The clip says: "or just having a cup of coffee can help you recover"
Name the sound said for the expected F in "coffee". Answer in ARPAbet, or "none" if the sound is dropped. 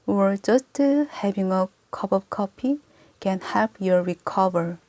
P